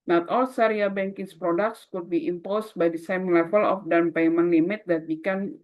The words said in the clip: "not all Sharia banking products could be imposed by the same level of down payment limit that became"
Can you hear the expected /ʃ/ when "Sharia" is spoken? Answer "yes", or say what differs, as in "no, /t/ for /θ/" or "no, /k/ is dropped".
no, /s/ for /ʃ/